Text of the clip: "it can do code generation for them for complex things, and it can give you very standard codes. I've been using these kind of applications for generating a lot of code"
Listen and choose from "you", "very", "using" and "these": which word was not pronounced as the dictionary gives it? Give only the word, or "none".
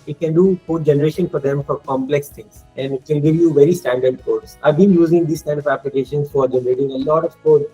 these